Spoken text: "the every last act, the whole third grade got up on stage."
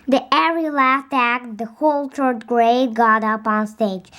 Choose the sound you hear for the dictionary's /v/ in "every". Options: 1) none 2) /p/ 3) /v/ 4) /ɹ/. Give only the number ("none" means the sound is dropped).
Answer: 1